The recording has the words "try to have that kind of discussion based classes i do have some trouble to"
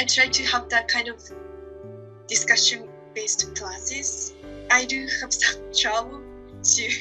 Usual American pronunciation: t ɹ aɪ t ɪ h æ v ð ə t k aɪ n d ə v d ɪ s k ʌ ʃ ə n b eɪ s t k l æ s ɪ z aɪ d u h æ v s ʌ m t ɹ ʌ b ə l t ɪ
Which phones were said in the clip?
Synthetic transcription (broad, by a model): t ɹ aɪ t ɪ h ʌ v ð ə t k aɪ n d ə v d ɪ s k ʌ ʃ ə n b eɪ s t k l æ s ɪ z aɪ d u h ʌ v s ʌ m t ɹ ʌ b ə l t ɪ